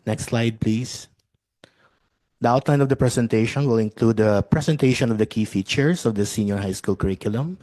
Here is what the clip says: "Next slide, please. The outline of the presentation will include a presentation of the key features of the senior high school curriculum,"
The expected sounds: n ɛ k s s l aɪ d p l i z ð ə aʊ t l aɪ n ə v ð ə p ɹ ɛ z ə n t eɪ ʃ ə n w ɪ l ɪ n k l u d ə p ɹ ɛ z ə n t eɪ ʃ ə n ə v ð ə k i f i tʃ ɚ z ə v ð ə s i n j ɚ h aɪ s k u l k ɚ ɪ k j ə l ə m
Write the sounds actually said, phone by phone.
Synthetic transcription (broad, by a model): n ɛ k s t l aɪ d p l i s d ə aʊ t l aɪ n ə v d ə p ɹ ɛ s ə n t eɪ ʃ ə n w ɪ l ɪ n k l u d ə p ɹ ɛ s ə n t eɪ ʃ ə n ə v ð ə k i f i tʃ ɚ s ə v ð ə s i n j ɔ h aɪ s k u l k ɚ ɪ k j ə l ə m